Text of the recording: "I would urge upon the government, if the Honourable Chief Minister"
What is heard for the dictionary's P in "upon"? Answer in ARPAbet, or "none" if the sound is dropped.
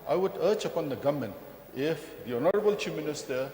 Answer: P